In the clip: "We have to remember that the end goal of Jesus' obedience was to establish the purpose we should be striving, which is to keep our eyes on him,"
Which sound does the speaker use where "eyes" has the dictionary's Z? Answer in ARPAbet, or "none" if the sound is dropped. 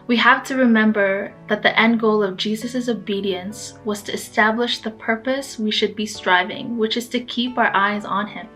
Z